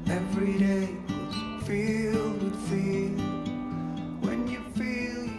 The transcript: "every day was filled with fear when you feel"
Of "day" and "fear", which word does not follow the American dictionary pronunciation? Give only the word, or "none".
fear